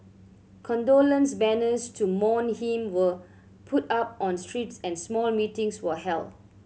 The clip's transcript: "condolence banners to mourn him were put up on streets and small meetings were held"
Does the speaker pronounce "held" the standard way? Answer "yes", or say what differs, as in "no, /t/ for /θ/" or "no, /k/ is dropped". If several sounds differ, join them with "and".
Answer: no, /d/ is dropped